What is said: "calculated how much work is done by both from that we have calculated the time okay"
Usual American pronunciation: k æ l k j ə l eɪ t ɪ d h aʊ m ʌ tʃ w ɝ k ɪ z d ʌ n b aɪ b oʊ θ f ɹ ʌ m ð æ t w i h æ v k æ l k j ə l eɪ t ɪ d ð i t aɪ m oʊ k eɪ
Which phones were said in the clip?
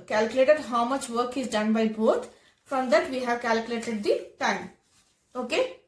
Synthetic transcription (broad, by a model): k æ l k j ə l eɪ t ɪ d h aʊ m ʌ tʃ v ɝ k ɪ z d ʌ n b aɪ b oʊ t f ɹ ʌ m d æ t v i h æ v k æ l k j ə l eɪ t ɪ d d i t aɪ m oʊ k eɪ